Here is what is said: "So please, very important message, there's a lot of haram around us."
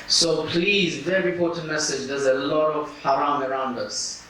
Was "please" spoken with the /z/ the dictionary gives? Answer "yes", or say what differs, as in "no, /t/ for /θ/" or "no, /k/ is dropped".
yes